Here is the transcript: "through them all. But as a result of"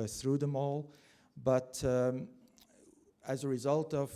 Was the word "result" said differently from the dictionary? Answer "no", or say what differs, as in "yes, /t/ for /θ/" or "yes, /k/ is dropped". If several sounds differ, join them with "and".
no